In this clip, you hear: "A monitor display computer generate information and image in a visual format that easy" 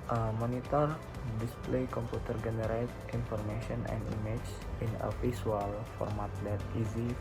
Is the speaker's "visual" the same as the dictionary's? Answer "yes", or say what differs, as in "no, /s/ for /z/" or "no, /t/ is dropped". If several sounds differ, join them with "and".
no, /f/ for /v/ and /s/ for /ʒ/